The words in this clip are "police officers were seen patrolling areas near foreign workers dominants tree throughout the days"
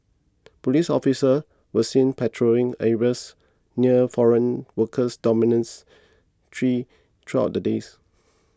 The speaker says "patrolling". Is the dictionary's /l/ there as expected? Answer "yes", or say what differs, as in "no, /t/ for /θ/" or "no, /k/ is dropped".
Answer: no, /l/ is dropped